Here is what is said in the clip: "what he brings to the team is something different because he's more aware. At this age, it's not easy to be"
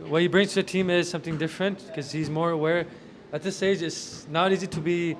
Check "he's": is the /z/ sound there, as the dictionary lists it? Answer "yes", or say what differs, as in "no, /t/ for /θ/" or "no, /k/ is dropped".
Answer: yes